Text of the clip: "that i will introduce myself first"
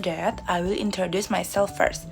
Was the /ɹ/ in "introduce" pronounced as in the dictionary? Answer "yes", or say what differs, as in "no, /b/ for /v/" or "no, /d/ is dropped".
yes